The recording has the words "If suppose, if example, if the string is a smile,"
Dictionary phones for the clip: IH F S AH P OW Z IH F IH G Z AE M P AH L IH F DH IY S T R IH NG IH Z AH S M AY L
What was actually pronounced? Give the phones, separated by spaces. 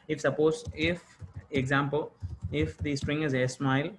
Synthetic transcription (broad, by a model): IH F S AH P OW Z IH F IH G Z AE M P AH L IH F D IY S T R IH NG IH Z AH S M AY L